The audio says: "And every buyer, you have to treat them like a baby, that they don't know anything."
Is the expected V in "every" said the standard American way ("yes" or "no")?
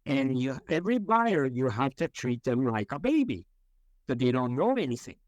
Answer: yes